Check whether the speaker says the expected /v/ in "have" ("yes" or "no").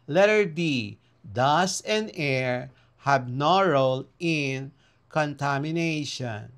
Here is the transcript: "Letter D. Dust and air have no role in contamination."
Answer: no